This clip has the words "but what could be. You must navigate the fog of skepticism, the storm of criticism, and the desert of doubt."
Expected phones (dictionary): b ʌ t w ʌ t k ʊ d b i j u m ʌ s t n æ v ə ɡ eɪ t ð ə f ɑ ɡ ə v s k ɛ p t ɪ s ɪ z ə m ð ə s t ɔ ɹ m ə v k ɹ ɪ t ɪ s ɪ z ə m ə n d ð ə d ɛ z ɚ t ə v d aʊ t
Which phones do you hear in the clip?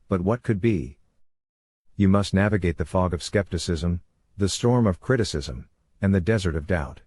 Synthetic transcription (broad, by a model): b ʌ t w ʌ t k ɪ d b i j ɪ m ʌ s t n æ v ə ɡ eɪ t ð ə f ɑ ɡ ə v s k ɛ p t ɪ s ɪ z ə m ð ə s t ɔ ɹ m ə v k ɹ ɪ t ɪ s ɪ z ə m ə n ð ə d ɛ z ɚ t ə v d aʊ t